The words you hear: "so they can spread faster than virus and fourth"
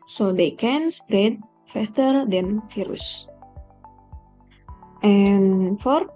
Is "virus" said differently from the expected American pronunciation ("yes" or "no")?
yes